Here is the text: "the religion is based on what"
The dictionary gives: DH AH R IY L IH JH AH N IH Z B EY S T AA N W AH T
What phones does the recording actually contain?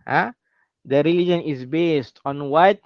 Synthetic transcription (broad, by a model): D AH R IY L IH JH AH N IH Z B EY S T AA N W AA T